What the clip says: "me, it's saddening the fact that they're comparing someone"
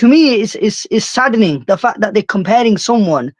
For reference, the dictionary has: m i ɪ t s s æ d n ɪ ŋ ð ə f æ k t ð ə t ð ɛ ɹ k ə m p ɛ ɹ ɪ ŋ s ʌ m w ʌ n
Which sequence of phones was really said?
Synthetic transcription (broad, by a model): m i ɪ s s s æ d n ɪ ŋ ð ə f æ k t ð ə t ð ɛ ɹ k ə m p ɛ ɹ ɪ ŋ s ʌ m w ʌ n